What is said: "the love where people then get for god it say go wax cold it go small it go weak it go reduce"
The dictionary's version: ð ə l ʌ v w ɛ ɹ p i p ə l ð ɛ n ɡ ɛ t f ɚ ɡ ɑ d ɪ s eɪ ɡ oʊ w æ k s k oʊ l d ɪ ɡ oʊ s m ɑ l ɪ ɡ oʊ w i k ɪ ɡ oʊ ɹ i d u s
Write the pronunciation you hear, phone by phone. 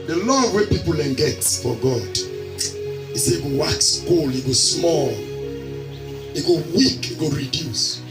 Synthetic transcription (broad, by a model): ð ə l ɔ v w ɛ p i p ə l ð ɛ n ɡ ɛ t f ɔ ɡ ɑ d ɪ s eɪ ɡ oʊ w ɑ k s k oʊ l ɪ ɡ oʊ s m ɑ l ɪ ɡ oʊ w i k ɪ ɡ oʊ ɹ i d u s